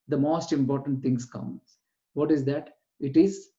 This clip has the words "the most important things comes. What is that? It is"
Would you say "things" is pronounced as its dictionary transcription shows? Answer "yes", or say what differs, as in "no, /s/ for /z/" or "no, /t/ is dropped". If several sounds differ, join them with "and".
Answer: no, /t/ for /θ/